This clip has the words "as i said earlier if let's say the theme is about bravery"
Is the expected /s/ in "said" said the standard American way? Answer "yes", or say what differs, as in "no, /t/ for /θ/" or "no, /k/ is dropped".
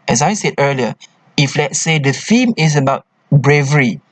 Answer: yes